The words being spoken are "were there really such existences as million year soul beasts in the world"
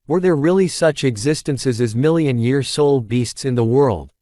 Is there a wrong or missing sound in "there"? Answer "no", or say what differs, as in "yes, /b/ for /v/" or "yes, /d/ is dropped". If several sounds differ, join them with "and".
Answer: no